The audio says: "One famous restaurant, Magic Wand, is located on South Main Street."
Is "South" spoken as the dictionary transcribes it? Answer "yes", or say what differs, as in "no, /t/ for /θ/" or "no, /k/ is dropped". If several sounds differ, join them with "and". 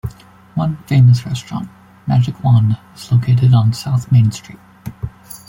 yes